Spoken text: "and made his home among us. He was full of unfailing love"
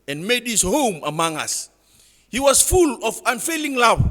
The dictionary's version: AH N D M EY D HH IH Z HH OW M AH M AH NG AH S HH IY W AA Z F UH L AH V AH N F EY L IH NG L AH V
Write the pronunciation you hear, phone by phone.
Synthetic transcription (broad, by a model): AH N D M EY D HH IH S HH OW M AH M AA NG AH S HH IY W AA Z F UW L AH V AH N F EY L IH NG L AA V